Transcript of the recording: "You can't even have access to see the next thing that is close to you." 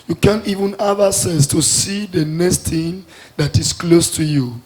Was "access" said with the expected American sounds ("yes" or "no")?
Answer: no